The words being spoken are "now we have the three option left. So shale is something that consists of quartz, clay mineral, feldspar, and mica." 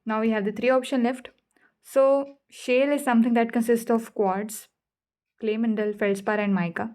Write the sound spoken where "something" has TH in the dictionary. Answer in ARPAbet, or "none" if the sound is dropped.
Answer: T